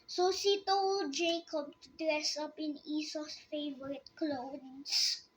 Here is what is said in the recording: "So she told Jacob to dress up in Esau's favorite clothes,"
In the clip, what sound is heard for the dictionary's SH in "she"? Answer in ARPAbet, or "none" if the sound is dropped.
S